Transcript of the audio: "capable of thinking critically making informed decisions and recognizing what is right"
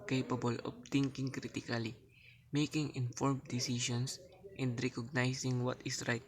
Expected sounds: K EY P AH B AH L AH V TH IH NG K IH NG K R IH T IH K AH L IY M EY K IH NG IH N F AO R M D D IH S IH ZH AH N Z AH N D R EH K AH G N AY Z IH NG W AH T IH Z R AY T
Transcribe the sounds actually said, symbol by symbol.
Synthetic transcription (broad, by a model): K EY P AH B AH L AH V T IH NG K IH NG K R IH T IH K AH L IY M EY K IH NG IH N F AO R M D D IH S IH SH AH N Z AH N D R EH K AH G N AY S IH NG W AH T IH S R AY T